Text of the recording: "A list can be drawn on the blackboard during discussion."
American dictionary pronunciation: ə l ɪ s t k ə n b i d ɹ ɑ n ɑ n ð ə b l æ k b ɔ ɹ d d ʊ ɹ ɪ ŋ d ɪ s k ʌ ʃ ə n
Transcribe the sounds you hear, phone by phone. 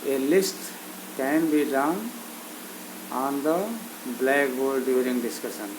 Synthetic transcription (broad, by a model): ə l ɪ s t k ə n b i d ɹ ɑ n ɑ n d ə b l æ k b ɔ l d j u ɹ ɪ ŋ d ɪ s k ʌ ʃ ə n